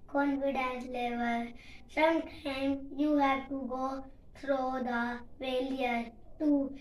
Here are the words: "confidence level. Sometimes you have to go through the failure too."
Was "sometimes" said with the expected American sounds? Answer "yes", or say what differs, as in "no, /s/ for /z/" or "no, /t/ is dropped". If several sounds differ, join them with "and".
no, /z/ is dropped